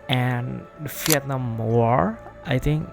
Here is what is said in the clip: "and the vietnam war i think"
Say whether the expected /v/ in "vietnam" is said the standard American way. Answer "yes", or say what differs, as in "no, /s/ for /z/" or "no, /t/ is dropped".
no, /f/ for /v/